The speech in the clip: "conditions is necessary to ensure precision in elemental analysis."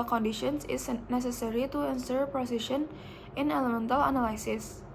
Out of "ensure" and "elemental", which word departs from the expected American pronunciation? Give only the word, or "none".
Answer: ensure